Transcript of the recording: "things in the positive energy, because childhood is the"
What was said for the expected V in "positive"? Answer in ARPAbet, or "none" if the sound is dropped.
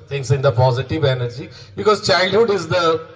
V